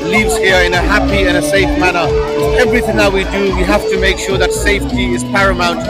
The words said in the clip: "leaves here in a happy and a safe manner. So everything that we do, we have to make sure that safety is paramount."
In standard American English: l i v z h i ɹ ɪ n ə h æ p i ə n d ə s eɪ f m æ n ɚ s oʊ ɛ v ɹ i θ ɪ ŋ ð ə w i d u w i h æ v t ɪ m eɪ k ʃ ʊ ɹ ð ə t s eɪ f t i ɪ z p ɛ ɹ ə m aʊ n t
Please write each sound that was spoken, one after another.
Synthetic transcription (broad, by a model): l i v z h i ɹ ɪ n ə h æ p i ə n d ə s eɪ f m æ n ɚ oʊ ɛ v ɹ i θ ɪ ŋ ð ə w i d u w i h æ f t ɪ m eɪ k ʃ ʊ ɹ ð ə t s eɪ f t i ɪ z p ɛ ɹ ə m aʊ n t